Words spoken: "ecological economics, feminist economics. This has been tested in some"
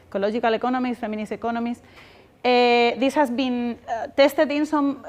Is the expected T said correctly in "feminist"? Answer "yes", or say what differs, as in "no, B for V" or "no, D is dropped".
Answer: no, T is dropped